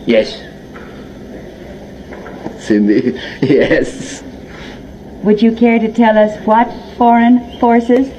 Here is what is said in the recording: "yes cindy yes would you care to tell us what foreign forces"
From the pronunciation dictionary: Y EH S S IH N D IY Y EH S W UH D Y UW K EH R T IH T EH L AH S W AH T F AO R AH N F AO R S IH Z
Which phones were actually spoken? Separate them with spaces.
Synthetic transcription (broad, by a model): Y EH S S IH N D IY Y EH S W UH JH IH K EH R T IH T EH L AH S W AH T F AO R AH N F AO R S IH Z